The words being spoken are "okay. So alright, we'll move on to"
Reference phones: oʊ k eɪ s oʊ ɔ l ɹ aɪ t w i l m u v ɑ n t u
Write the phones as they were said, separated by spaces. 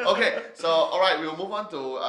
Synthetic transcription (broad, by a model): oʊ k eɪ s oʊ ɔ l ɹ aɪ t w i w m u v ɑ n t u